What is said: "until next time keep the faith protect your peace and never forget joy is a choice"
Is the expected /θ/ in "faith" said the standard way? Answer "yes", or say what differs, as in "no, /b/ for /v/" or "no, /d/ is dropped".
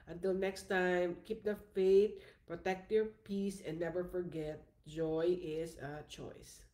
no, /t/ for /θ/